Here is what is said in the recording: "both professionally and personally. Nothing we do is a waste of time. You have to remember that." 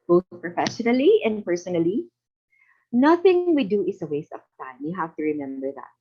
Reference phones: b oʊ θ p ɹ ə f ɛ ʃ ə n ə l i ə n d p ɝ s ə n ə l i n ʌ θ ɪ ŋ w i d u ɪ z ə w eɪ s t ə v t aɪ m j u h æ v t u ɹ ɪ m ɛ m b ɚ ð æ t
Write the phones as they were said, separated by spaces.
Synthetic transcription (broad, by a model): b oʊ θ p ɹ ə f ɛ ʃ ə n ə l i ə n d p ɝ s ə n ə l i n ʌ θ ɪ ŋ w i d u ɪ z ə w eɪ s t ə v t aɪ m j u h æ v t u ɹ ɪ m ɛ m b ɚ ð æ t